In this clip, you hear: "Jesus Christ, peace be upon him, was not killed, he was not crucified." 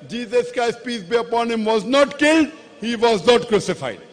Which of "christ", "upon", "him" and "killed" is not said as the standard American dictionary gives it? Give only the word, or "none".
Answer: christ